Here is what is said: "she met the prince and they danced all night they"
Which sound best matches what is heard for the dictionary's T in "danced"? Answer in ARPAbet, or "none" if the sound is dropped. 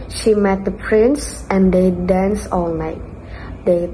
none